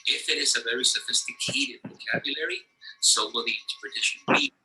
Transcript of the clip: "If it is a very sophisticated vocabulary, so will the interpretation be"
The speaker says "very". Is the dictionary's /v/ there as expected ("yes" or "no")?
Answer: yes